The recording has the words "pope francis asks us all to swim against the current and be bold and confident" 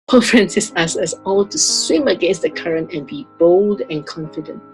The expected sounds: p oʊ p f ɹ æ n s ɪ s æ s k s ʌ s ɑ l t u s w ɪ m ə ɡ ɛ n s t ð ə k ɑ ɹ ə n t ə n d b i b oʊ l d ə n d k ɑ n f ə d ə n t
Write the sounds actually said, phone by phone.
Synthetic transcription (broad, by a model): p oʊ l f ɹ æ n s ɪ s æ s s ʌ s ɑ l t u s w ɪ m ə ɡ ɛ n s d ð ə k ɑ ɹ ə n t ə n b i b oʊ l d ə n k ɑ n f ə d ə n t